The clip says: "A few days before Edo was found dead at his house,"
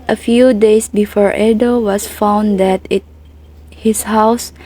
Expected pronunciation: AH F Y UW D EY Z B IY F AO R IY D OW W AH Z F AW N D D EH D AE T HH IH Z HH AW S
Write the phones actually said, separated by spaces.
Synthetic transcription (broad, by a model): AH F Y UW D EY S B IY F AO R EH D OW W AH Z F AW N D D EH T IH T HH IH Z HH AW S